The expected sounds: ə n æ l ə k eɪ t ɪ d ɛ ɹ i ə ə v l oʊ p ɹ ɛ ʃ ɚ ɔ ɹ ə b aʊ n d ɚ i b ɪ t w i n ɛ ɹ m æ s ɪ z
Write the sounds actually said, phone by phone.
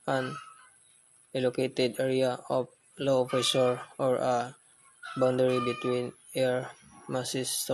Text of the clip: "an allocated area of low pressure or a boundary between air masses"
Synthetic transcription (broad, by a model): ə n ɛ l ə k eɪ t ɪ d ɛ ɹ i ə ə p l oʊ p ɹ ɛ s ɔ ɔ ɹ ə b aʊ n d ɚ i b ɪ t w i n ɛ ɹ m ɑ s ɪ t